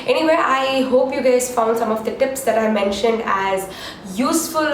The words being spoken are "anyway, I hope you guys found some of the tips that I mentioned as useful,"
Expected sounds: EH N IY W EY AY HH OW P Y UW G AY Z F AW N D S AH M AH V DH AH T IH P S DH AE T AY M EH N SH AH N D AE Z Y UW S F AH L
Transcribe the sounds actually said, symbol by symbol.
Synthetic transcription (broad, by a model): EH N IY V EY AY HH OW P Y UW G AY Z F AW N D S AH M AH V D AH T IH P S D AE T AY M EH N SH AH N D AE Z Y UW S F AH L